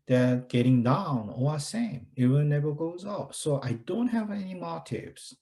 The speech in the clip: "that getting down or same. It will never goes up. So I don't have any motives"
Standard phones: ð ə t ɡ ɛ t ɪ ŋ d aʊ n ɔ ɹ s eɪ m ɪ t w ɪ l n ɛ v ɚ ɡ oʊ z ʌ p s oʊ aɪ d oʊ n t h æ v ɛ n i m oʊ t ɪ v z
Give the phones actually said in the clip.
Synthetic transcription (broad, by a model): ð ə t ɡ ɛ t ɪ ŋ d aʊ n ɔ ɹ s eɪ m ɪ t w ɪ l n ɛ v ɚ ɡ oʊ z ʌ p s oʊ aɪ d oʊ n t h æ v ɛ n i m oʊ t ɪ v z